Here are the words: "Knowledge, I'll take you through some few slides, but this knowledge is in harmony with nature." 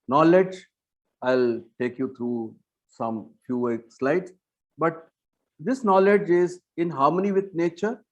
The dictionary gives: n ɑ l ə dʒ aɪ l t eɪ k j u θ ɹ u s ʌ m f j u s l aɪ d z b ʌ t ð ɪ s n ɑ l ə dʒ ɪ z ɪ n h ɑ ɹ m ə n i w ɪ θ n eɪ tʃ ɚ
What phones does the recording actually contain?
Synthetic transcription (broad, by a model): n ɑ l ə dʒ aɪ l t eɪ k j u t ɹ u s ʌ m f j u s l aɪ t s b ʌ t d ɪ s n ɑ l ə dʒ ɪ z ɪ n h ɑ ɹ m ə n i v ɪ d n eɪ tʃ ɚ